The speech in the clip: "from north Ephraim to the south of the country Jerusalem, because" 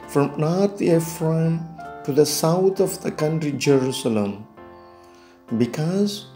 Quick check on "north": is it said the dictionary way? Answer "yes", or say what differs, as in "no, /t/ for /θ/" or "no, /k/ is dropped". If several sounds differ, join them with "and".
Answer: no, /t/ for /θ/